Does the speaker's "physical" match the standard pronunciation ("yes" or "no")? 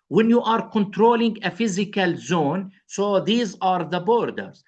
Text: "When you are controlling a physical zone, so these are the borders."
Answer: yes